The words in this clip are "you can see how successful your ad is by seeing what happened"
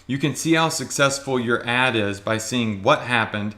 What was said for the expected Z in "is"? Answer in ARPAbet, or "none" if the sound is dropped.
Z